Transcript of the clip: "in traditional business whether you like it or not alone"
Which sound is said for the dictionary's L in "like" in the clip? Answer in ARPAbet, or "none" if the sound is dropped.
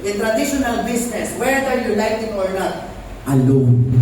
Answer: N